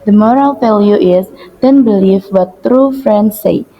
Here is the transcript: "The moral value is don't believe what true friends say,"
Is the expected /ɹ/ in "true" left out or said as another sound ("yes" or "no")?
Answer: no